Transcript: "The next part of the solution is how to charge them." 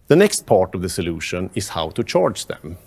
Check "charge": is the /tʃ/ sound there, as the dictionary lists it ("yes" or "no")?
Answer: yes